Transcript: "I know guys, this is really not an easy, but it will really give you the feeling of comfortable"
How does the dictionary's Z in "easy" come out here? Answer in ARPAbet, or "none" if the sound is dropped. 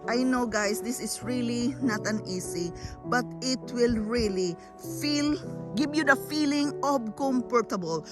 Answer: S